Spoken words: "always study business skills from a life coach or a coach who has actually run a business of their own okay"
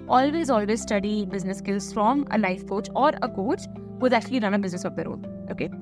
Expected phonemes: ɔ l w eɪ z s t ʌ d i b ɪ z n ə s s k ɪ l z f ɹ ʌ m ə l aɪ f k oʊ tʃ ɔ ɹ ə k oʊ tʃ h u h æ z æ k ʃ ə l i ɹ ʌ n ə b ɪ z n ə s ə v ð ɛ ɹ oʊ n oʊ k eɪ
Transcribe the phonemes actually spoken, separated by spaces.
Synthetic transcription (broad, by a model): ɔ l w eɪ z s t ʌ d i b ɪ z n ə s s k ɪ l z f ɹ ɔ m ə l aɪ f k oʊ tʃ ɔ ɹ ə k oʊ tʃ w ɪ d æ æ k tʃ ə l i ɹ ʌ n ə b ɪ z n ə s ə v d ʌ ɹ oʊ l oʊ k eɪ